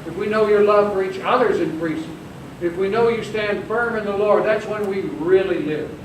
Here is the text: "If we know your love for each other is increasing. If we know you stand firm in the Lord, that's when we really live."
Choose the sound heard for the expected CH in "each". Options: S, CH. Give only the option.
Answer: CH